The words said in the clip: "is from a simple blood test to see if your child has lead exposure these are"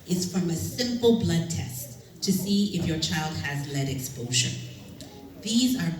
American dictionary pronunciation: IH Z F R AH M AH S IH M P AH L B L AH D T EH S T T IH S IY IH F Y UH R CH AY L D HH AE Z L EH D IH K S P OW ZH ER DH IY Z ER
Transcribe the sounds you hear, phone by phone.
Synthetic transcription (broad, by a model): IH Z F R AH M AH S IH M P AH L B L AH D T EH S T T IH S IY IH F Y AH R CH AY L D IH Z L EH D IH K S P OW SH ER DH IY Z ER